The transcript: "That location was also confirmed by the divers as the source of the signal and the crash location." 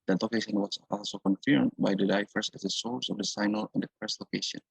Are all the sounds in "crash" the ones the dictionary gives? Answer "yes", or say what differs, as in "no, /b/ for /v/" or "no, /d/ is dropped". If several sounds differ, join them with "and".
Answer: no, /s/ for /ʃ/